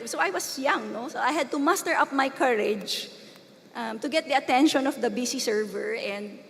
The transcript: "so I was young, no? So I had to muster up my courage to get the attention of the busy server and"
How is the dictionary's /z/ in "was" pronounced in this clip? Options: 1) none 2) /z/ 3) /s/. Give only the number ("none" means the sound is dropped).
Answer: 3